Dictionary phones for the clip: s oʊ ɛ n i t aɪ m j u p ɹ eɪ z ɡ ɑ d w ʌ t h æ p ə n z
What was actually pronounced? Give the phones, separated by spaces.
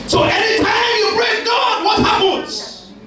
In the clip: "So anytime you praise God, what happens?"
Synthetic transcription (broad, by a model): s oʊ ɛ n i t aɪ m j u b ɹ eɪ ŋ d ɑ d w ʌ t h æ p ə n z